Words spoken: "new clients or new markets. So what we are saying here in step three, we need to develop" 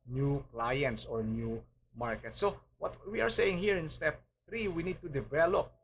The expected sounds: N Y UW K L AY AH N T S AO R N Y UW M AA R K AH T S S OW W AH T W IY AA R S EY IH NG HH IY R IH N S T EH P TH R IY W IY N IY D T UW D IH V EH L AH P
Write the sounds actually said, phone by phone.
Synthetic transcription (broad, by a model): N Y UW K L AY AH N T S AO R N Y UW M AA R K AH T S S OW W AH T W IY AA R S EY IH NG HH IY R IH N S T EH P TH R IY W IY N IY D T UW D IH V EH L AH P